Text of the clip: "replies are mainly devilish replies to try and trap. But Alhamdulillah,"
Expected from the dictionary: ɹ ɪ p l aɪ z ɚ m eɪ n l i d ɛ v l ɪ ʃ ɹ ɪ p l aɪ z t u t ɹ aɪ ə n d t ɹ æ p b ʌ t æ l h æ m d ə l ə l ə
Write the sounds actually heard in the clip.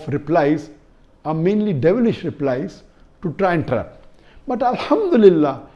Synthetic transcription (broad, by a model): ɹ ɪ p l aɪ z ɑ m eɪ n l i d ɛ v l ɪ ʃ ɹ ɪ p l aɪ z t u t ɹ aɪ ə n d t ɹ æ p b ʌ t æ l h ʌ m d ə l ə l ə